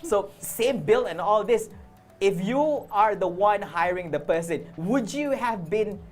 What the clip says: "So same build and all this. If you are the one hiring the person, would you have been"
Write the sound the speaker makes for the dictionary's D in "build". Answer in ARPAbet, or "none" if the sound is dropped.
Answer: none